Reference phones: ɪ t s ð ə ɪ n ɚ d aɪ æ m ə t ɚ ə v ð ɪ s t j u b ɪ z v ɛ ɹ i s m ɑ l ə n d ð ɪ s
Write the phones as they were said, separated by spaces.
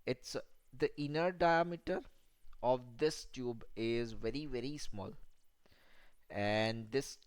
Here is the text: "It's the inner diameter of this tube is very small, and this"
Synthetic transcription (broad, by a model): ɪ t s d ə ɪ n ɚ d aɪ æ m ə t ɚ ə v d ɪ s t j u b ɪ z v ɛ ɹ i s m ɑ l ə n d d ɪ s